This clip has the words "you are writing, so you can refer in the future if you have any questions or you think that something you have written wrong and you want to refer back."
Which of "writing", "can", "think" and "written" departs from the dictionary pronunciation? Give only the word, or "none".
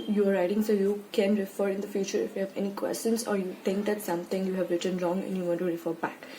think